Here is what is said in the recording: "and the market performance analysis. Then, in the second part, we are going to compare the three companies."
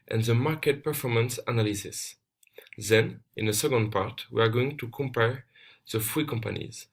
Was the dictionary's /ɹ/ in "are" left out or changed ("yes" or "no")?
no